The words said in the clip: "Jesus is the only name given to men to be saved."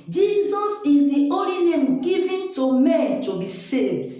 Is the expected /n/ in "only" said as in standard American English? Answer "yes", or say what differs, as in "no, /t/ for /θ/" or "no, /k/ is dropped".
no, /n/ is dropped